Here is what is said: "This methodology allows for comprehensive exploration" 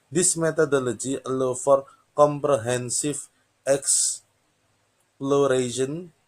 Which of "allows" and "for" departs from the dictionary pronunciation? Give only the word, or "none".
allows